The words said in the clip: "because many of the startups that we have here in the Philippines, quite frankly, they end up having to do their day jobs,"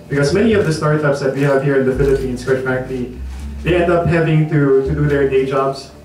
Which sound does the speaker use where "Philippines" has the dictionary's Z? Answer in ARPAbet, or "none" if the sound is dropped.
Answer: S